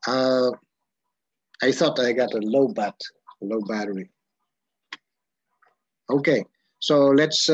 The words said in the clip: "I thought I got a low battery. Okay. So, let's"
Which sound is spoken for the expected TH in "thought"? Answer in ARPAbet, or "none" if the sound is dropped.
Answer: TH